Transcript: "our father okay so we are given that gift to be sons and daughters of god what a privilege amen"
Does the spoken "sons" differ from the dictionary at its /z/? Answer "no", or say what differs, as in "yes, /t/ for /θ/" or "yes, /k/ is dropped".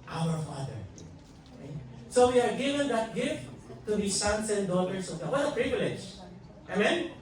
yes, /s/ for /z/